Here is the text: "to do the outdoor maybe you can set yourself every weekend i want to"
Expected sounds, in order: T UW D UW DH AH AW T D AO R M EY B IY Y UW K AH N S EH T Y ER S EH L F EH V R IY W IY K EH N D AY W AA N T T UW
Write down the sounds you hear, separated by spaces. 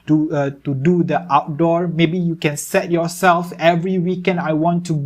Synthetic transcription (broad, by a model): T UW D UW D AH AW T D AO R M EY B IY Y UW K AH N S EH T Y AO S EH L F EH V R IY W IY K EH N D AY W AA N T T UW